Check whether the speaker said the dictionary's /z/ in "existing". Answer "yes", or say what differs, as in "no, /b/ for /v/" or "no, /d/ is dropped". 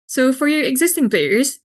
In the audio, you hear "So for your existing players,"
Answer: yes